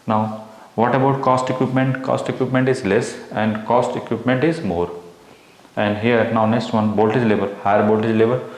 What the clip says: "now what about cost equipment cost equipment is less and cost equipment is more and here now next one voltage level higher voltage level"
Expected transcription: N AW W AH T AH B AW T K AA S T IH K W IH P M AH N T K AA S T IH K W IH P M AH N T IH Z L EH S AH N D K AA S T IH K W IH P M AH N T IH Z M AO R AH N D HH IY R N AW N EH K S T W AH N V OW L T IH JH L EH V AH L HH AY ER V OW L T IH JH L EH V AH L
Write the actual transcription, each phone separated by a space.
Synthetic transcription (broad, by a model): N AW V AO T AH B AW T K AA S T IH K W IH P M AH N T K AA S T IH K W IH P M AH N T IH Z L EH S AH N D K AA S T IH K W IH P M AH N T IH Z M AO R AH N D HH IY R N AW N EH K S T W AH N B OW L T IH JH L EH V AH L HH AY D B OW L T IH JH L EH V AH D